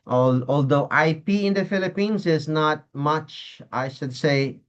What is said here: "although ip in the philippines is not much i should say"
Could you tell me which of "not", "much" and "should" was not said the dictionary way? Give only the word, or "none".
none